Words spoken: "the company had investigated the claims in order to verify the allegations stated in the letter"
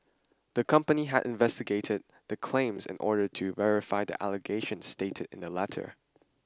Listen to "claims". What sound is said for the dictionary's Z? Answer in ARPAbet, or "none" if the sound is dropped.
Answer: Z